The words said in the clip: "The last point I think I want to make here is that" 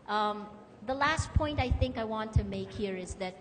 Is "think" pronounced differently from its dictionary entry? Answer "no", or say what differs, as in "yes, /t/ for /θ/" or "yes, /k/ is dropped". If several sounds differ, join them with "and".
no